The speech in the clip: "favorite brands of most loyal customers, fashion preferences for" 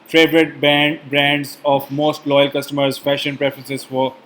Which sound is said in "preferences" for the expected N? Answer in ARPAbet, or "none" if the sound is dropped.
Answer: none